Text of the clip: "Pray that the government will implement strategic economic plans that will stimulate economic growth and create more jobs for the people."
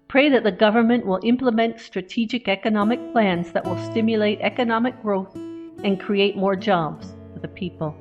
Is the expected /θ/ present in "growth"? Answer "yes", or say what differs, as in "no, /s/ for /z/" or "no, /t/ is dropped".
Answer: yes